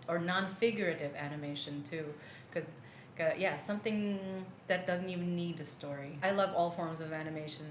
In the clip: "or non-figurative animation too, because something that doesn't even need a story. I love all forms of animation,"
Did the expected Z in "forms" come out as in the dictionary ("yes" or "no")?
yes